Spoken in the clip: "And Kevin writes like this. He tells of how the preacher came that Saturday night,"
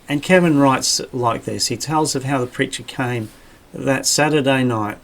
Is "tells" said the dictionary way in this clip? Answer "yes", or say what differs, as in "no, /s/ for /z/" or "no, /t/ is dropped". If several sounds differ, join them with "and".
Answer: yes